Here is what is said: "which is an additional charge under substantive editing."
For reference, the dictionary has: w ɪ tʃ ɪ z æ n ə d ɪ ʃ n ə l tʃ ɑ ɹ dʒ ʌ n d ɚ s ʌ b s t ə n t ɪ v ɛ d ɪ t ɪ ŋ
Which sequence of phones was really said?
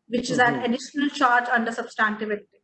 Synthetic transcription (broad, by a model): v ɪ tʃ ɪ z æ n ə d ɪ ʃ n ə l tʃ ɑ ɹ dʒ ʌ n d ɚ s ʌ b s t ə n t ɪ v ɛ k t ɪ